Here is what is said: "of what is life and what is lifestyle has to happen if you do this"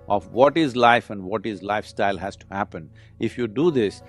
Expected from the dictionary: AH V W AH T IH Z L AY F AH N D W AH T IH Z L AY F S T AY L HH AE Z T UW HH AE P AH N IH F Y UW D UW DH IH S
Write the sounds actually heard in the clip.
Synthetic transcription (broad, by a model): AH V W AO T IH Z L AY F AH N D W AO T IH Z L AY F S T AY L HH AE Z T UW HH AE P AH N IH F Y UW D UW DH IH S